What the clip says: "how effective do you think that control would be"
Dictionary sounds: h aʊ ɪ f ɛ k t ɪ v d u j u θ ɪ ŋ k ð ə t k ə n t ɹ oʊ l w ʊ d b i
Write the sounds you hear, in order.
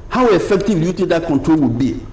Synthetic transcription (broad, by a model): h aʊ ɪ f ɛ k t ɪ v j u t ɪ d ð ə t k ə n t ɹ oʊ l w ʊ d b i